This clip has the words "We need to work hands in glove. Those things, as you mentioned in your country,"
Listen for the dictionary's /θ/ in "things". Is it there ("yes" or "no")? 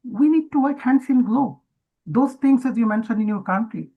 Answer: no